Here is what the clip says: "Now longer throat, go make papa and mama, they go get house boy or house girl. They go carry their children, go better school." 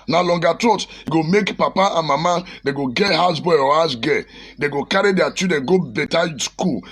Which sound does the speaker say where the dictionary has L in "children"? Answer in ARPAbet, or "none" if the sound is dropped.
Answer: none